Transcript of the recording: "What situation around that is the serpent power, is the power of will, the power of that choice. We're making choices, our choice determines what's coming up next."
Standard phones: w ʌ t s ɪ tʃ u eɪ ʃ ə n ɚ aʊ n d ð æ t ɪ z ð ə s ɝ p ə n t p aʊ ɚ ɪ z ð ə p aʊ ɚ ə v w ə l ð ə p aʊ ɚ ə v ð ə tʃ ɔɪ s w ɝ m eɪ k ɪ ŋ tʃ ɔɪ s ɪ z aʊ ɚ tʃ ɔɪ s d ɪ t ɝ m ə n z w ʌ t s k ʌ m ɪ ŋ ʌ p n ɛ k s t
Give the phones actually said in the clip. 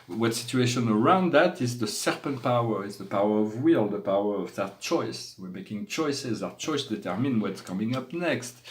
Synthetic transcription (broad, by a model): w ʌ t s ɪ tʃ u eɪ ʃ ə n ɚ aʊ n d ð æ t ɪ z ð ə s ɝ p ə n t p aʊ ɚ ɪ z ð ə p aʊ ɚ ə v w ə l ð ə p aʊ ɚ ə v ð ə tʃ ɔɪ s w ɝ m eɪ k ɪ ŋ tʃ ɔɪ s ɪ z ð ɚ tʃ ɔɪ s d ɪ t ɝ m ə n w ʌ t s k ʌ m ɪ ŋ ʌ p n ɛ k s t